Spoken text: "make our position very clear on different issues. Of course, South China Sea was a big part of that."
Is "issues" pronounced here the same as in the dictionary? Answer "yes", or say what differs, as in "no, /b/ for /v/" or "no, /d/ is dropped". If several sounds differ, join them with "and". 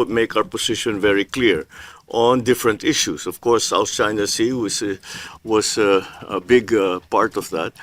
no, /s/ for /z/